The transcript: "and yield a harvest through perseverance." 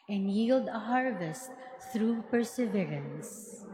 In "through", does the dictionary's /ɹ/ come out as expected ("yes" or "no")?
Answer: yes